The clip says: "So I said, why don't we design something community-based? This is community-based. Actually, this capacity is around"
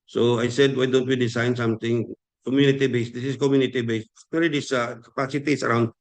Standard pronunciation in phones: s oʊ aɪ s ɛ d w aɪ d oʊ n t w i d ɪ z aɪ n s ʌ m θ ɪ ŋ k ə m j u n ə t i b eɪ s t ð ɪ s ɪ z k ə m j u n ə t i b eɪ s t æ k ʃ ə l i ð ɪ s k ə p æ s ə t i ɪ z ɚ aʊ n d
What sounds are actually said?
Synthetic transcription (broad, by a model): s oʊ aɪ s ɛ d w aɪ d oʊ n t w i d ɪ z aɪ n s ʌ m t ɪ ŋ k ə m j u n ə t i b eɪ s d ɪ s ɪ s k ə m j u n ə t i b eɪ s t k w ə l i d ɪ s k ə p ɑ s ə t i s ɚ aʊ n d